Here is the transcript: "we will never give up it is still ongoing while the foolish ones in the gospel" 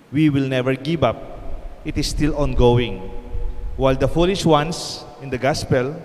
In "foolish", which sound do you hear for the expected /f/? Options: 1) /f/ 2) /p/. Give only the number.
1